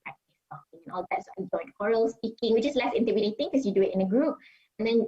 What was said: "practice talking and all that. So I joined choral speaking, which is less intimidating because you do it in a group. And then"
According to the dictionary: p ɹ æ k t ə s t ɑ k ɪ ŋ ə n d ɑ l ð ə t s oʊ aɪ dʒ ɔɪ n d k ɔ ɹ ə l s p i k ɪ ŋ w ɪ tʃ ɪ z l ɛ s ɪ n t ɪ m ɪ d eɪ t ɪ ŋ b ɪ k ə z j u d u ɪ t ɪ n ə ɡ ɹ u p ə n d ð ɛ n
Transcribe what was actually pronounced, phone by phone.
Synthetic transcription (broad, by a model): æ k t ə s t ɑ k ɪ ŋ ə n ɑ l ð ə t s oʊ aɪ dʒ ɔɪ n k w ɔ ɹ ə l s p i k ɪ ŋ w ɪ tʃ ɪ s l ɛ s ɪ n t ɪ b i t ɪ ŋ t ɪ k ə s j u d u ɪ t ɪ n ə ɡ ɹ u p ə n d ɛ n